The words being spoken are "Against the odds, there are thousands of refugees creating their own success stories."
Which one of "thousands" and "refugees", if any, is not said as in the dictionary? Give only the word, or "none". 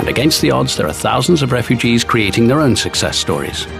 none